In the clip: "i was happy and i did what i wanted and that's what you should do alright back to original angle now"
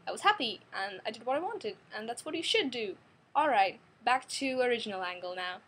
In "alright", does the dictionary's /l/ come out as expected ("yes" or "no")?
yes